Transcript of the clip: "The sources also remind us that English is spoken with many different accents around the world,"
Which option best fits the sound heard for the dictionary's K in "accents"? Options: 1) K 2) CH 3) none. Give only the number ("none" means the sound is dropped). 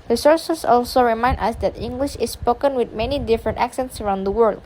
1